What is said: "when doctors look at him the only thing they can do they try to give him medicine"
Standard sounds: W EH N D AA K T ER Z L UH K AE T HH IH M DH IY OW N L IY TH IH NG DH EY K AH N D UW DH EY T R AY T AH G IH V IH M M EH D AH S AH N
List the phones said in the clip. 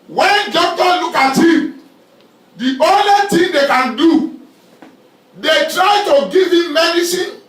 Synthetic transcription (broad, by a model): W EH N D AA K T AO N L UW K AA T HH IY M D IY OW N L IY T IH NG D EY K AH N D UW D EY T R AY T AH G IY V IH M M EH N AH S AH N